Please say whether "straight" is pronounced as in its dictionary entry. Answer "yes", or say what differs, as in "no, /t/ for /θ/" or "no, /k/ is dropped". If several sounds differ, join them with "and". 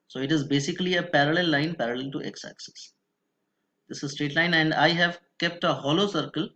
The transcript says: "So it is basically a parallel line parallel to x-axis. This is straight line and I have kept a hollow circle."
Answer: yes